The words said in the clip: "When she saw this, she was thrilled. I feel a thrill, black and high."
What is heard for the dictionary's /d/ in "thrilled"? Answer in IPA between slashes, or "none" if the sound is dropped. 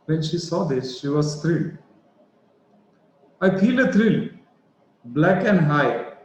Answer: none